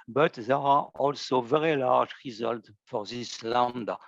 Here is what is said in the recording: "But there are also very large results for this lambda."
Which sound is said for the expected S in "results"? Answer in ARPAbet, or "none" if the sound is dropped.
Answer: none